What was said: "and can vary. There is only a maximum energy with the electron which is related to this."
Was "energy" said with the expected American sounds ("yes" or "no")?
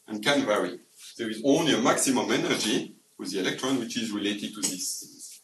yes